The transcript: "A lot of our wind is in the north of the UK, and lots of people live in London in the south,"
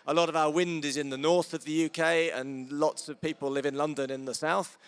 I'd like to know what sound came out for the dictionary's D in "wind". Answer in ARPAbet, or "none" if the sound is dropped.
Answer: D